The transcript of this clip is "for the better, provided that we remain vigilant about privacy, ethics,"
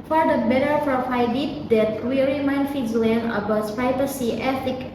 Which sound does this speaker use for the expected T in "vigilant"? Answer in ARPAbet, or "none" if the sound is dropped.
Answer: none